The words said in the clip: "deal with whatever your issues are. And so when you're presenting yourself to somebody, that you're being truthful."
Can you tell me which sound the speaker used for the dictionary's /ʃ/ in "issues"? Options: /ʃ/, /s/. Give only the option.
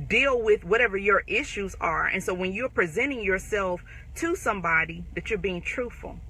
/ʃ/